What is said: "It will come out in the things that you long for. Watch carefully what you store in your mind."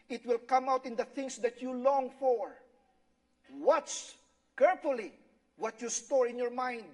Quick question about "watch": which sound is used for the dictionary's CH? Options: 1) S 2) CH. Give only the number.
1